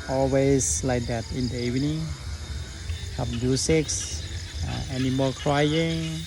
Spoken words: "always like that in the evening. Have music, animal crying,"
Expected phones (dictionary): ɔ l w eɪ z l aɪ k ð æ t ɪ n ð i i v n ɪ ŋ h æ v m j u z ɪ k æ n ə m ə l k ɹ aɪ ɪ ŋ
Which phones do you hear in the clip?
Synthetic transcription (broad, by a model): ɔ l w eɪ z l aɪ k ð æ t ɪ n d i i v n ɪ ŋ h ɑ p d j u s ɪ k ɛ n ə m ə k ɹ aɪ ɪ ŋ